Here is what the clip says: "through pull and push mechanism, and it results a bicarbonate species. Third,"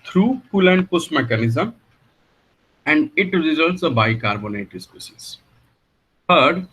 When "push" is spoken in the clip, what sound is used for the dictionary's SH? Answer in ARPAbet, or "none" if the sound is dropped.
S